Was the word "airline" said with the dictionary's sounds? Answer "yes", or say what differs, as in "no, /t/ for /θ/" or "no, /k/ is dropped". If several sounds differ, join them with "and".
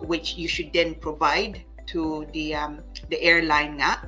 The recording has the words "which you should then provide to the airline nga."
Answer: no, /n/ is dropped